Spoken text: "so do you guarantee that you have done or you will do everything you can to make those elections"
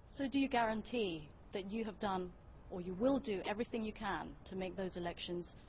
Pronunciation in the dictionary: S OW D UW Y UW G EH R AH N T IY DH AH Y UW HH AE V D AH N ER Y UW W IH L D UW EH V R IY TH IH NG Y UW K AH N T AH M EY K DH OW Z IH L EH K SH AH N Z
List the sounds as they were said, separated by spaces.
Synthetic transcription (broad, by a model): S OW D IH Y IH G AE R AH N T IY DH AH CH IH V D AH N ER Y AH W IH L D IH EH V R IY TH IH NG Y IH K AH N T AH M EY K DH OW Z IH L EH K SH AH N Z